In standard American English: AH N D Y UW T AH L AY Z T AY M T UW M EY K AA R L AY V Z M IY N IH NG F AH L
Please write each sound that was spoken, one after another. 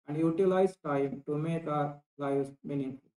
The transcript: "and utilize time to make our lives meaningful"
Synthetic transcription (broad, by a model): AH N D Y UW T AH L AY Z T AY M T UW M EY K AA R L AY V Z M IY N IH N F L